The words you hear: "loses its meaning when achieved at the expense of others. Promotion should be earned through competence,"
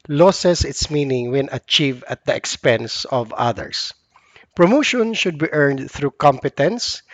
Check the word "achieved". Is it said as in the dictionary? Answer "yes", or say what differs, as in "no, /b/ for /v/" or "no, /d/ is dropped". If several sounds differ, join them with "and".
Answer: no, /d/ is dropped